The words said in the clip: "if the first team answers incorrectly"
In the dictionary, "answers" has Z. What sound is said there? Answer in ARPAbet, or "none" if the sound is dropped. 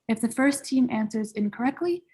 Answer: Z